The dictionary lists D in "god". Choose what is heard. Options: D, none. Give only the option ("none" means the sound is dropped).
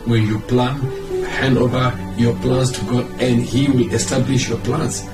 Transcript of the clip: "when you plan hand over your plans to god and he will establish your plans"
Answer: none